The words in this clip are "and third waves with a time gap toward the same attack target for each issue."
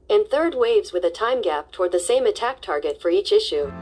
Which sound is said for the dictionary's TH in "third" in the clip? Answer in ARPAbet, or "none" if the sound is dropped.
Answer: TH